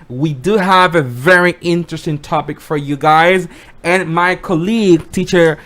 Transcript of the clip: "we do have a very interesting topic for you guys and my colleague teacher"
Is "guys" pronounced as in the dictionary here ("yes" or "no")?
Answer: yes